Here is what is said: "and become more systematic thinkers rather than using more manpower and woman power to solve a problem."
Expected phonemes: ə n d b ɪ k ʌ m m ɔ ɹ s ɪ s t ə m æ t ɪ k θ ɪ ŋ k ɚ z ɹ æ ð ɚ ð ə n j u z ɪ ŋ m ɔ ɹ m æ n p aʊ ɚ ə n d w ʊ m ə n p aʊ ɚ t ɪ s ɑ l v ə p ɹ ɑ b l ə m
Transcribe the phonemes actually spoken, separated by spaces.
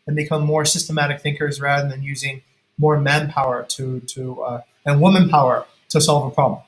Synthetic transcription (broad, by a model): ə n b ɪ k ʌ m m ɔ ɹ s ɪ s t ə m æ t ɪ k θ ɪ ŋ k ɚ z ɹ æ ð ɚ ð ə n j u z ɪ ŋ m ɔ ɹ m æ n p aʊ ɚ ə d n w ʊ m ə n p aʊ ɚ t ɪ s ɑ l v ə p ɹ ɑ b l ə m